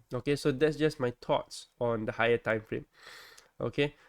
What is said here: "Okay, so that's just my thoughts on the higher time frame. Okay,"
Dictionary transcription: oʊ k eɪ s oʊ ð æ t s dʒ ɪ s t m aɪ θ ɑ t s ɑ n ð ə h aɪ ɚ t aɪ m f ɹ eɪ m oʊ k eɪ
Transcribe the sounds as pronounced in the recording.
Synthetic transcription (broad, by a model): oʊ k eɪ s oʊ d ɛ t s dʒ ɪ s m aɪ t ɑ t s ɑ n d ə h aɪ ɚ t aɪ m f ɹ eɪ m oʊ k eɪ